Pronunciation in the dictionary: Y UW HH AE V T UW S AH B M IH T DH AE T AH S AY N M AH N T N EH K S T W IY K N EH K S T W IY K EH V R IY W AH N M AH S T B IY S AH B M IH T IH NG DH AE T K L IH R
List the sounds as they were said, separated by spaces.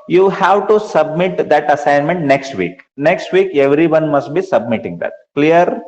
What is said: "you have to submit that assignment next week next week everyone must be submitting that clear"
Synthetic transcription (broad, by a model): Y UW HH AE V T UW S AH B M IH T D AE T AH S AY N M AH N T N EH K S T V IY K N EH K S T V IY K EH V R IY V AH N M AH S T B IY S AH B M IH T IH NG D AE T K L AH R